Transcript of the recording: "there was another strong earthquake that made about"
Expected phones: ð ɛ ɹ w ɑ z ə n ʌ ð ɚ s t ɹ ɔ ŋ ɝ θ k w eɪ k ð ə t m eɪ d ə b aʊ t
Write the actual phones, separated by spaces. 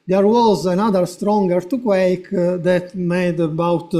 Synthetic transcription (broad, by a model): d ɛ ɹ w ɑ z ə n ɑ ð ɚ s t ɹ ɔ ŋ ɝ t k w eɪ k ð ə t m eɪ d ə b aʊ t